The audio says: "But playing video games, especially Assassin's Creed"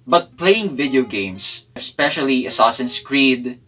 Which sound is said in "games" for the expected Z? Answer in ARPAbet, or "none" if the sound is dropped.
S